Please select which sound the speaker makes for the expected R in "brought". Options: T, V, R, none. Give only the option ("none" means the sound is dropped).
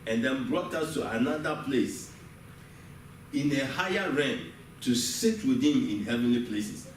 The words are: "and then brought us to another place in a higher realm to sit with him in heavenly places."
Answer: R